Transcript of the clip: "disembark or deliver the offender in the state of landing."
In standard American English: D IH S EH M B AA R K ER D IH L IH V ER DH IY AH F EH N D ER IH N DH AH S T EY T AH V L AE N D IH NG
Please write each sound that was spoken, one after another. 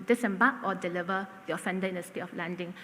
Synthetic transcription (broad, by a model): D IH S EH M B AA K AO D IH L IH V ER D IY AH F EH N D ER IH N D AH S T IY AH F L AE N D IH NG